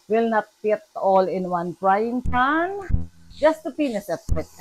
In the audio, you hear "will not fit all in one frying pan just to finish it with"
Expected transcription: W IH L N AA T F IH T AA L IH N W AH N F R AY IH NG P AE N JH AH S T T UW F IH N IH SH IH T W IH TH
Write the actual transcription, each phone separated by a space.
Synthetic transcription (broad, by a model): W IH L N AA T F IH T AA L IH N W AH N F R AY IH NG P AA N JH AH S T T UW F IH N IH S IH T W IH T